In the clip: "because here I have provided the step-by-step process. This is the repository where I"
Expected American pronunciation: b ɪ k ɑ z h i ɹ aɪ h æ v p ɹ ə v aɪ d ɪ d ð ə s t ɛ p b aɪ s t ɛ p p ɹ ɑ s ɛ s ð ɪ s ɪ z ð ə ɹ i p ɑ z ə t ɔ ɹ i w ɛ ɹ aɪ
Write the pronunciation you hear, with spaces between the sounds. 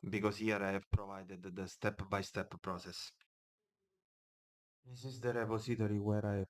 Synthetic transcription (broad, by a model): b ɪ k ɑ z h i ɹ aɪ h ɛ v p ɹ ə v aɪ d ɪ d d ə s t ɛ p b aɪ s t ɛ p p ɹ ɑ s ɛ s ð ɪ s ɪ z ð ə ɹ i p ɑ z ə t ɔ ɹ i w ɛ ɹ aɪ